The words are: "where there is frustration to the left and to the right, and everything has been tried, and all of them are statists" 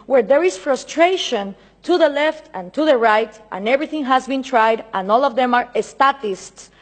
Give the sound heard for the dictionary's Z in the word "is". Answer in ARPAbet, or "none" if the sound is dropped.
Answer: S